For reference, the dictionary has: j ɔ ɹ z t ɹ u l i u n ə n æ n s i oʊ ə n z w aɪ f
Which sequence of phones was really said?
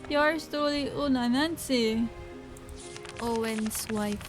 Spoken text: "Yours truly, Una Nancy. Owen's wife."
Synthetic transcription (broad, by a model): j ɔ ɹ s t ɔ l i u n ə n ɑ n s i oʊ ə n s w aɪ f